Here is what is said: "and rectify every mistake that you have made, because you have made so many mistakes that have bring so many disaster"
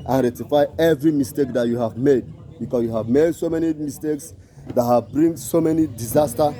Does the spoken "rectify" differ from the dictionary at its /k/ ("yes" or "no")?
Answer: yes